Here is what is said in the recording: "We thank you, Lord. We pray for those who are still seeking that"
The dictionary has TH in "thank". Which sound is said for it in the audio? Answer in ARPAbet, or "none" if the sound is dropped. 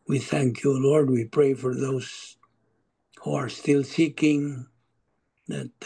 TH